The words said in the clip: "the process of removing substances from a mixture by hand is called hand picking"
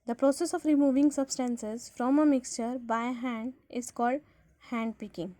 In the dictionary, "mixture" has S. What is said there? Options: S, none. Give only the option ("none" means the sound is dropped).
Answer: S